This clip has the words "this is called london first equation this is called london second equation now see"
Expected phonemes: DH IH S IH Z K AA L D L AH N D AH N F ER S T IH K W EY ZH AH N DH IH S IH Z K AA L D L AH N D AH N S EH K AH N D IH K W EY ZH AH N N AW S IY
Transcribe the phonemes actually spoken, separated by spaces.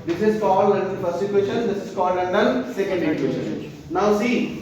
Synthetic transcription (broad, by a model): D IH S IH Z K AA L L AH N D AH N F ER S IH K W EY SH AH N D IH S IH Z K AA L L AH N D AH N S EH K AH N D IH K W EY SH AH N N AW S IY